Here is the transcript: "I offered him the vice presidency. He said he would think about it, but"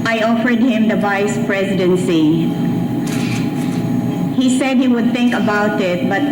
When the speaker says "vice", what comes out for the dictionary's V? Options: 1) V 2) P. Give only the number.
1